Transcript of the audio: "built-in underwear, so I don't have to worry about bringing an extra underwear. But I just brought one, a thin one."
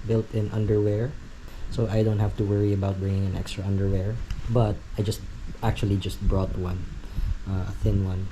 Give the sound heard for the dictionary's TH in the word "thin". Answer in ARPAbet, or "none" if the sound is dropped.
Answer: TH